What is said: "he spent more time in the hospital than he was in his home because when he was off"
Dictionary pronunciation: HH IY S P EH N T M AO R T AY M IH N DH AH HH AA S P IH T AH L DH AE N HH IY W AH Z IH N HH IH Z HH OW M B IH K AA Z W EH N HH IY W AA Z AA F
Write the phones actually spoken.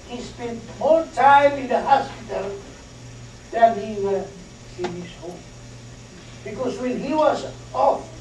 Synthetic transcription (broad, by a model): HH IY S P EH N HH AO L T AY M IH N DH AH HH AA S P IH T AH L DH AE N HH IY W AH IH N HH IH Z HH OW M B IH K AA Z W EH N HH IY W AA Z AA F